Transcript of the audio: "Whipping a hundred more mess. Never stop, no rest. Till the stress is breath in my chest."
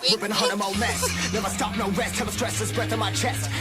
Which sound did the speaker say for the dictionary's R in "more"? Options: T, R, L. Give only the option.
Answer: L